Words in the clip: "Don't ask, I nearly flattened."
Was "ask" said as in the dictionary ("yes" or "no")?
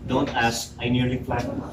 no